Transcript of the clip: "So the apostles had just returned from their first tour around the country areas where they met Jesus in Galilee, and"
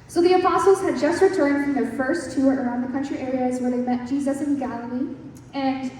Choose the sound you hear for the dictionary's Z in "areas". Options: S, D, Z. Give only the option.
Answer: Z